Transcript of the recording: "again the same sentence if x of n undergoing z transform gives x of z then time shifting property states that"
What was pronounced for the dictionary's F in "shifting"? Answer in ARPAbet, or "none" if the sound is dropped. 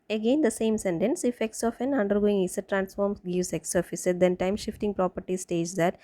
F